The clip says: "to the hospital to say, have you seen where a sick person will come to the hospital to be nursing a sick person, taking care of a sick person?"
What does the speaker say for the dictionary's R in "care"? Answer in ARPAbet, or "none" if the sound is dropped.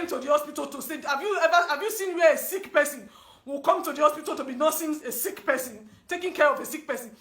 R